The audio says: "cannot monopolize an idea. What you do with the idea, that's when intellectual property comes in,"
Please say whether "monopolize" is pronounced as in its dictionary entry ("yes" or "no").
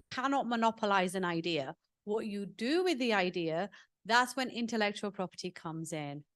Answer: yes